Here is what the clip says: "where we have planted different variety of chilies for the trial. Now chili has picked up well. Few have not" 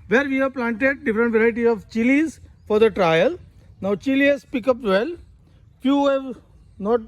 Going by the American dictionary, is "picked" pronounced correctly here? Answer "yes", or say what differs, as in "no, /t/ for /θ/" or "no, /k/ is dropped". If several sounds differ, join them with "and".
no, /t/ is dropped